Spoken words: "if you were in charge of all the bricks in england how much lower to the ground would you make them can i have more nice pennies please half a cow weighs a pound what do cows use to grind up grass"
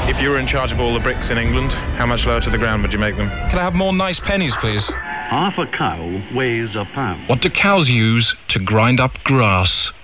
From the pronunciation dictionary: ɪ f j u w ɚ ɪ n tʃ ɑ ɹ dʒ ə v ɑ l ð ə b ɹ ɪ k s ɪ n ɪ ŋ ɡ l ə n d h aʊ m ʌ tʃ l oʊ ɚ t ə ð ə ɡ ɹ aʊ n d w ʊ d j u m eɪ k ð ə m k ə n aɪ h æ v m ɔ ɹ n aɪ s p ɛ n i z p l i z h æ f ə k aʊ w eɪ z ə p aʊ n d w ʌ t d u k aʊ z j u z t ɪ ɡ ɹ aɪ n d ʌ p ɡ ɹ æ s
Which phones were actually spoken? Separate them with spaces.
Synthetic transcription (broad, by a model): ɪ f j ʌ w ɚ ɪ n tʃ ɑ ɹ dʒ ə v ɑ l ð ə b ɹ ɪ k s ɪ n ɪ ŋ ɡ l ə n d h aʊ m ʌ tʃ l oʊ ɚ t ə ð ə ɡ ɹ aʊ n d w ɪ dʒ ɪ m eɪ k ð ə m k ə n aɪ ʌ v m ɔ ɹ n aɪ s p ɛ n i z p l i z h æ f ə k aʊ w eɪ z ə p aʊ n w ʌ t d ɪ k aʊ z j u z t ɪ ɡ ɹ aɪ n d ʌ p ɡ ɹ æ s